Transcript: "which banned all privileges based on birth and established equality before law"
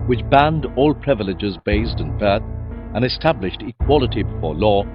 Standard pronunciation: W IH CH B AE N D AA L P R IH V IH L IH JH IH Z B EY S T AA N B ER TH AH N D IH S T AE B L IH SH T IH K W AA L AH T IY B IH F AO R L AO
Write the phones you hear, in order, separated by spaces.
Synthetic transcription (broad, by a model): W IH CH B AE N D AA L P R IH V IH L IH JH IH Z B EY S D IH N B ER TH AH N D IH S T AE B L IH SH T IH K W AA L AH T IY B IH F AO R L AO